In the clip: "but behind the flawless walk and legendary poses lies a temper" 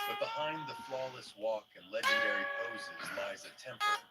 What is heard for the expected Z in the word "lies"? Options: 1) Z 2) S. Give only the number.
1